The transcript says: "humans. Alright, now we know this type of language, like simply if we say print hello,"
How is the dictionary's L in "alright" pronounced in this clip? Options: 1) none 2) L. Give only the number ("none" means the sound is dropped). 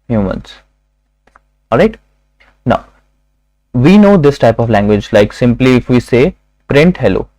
2